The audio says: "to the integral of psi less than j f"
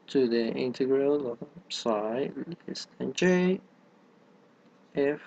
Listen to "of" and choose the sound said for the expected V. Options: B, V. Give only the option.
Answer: B